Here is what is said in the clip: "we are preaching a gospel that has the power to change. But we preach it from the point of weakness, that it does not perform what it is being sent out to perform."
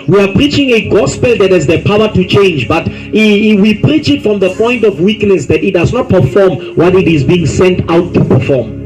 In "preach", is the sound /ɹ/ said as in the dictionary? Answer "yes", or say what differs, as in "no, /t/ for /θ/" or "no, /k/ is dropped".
yes